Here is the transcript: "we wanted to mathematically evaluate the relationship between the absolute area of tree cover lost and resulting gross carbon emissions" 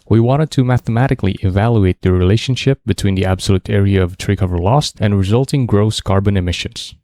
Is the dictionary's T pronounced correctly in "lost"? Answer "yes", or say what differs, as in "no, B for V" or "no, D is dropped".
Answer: yes